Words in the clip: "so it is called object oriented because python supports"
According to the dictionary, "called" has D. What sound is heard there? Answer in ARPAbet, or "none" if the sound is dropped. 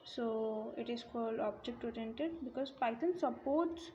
D